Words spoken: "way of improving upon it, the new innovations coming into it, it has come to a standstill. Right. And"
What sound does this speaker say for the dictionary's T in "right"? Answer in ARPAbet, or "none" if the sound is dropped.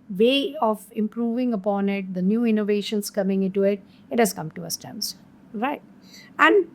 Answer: T